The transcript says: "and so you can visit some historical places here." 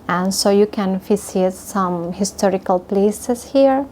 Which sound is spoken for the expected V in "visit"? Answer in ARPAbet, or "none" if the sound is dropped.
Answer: F